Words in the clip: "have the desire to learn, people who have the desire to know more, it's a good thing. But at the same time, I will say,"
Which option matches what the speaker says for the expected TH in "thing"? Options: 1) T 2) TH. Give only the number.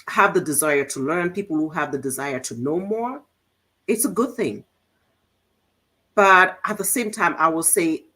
2